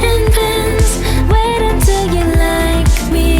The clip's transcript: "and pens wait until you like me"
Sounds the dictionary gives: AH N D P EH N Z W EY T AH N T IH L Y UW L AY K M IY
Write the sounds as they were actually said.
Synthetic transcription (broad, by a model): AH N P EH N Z W EY T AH T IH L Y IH L AY K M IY